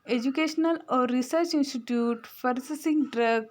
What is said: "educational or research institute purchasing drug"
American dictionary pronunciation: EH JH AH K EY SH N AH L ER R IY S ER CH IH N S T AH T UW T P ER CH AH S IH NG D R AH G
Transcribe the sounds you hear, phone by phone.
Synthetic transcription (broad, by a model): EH JH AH K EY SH N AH L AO R IY S ER CH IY N S T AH T UW T F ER S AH S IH NG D R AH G